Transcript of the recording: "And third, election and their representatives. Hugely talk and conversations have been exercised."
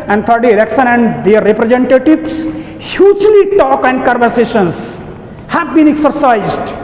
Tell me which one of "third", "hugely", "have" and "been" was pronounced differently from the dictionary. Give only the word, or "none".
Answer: third